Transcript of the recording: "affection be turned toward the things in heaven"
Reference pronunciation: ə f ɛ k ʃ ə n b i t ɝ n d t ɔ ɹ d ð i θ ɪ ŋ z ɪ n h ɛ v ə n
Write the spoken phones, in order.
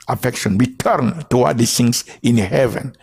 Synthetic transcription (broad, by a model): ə f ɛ k ʃ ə n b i t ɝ n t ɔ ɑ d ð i s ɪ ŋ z ɪ n h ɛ v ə n